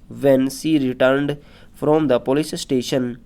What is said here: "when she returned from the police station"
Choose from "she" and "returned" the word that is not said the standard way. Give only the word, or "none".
she